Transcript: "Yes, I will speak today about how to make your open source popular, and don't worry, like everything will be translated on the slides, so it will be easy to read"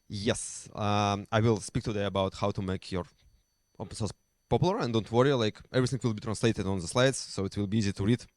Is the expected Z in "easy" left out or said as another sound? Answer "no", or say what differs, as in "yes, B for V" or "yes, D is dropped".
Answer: no